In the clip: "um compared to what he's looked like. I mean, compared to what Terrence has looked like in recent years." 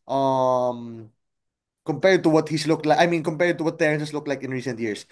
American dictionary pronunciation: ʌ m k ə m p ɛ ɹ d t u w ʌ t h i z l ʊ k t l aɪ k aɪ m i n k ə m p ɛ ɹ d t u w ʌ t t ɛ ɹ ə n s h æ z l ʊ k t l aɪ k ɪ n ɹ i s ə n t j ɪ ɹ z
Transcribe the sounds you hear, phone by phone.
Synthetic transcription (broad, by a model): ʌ m k ə m p ɛ ɹ d t u w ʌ t h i s l ʊ k t l aɪ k aɪ m i n k ə m p ɛ ɹ d t u w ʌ t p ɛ ɹ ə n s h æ s l ʊ k t l aɪ k ɪ n ɹ i s ə n t j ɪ ɹ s